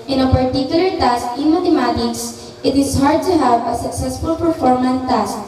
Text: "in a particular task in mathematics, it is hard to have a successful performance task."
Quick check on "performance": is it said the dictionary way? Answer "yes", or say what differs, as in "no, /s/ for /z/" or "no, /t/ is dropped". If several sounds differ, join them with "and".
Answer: no, /s/ is dropped